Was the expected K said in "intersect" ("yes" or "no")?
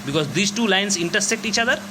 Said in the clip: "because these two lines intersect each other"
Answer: yes